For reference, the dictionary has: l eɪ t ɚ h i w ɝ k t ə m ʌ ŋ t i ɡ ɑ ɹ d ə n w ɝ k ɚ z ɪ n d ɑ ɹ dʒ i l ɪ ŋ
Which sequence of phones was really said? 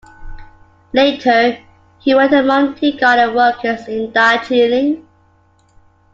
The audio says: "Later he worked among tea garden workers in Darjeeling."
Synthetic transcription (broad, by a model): l eɪ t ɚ h i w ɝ t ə m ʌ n t i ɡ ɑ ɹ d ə w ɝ k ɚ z ɪ n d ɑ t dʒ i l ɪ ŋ